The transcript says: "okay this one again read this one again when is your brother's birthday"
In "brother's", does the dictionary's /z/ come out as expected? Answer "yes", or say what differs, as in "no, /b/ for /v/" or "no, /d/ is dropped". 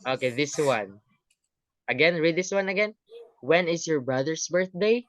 no, /s/ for /z/